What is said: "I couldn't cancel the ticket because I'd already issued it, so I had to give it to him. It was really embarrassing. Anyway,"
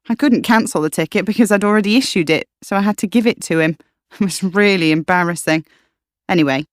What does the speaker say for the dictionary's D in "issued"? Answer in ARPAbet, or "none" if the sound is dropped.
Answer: D